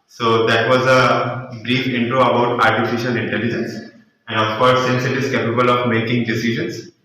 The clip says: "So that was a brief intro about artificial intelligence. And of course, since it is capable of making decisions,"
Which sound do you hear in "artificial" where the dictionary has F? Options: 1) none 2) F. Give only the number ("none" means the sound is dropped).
2